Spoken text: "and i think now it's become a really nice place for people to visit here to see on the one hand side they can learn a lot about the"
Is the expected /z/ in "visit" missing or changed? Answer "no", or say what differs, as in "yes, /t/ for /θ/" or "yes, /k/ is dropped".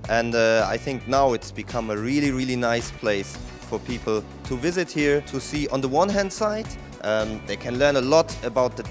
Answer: no